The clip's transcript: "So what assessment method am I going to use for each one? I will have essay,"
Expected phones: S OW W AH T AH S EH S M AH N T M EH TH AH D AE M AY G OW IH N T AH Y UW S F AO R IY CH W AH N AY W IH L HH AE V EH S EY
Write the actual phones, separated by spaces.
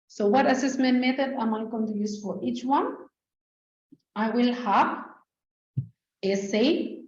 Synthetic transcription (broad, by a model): S OW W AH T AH S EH S M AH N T M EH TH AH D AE M AY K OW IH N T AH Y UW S F AO R IY CH W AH N AY W IH L HH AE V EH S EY